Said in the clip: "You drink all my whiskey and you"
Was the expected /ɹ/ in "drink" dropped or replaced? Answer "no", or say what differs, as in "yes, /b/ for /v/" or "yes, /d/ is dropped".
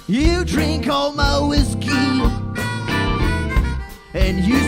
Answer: no